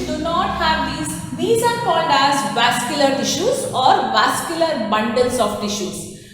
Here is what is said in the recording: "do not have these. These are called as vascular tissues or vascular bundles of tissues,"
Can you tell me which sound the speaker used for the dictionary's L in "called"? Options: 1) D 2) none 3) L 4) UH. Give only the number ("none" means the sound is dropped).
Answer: 3